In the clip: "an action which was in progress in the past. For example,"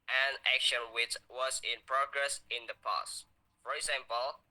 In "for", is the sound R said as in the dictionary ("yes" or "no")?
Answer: yes